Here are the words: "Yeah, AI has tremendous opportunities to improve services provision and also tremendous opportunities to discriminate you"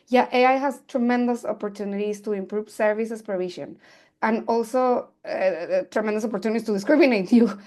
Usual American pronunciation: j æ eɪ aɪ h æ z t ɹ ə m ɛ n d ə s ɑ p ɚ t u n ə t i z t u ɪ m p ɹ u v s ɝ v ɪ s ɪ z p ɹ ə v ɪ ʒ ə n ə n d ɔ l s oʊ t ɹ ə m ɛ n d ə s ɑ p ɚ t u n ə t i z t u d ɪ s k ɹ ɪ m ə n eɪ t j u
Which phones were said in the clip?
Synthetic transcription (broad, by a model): j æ eɪ aɪ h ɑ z t ɹ ə m ɛ n d ə s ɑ p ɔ t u n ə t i s t u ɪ m p ɹ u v s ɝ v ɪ s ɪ s p ɹ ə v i ʃ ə n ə n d ɔ l s oʊ t ɹ ə m ɛ n d ə s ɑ p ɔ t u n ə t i s t u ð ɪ s k ɹ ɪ m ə n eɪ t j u